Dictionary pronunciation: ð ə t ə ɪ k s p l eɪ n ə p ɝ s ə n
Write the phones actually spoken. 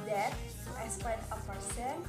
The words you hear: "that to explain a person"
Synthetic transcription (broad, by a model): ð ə t ə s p eɪ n ə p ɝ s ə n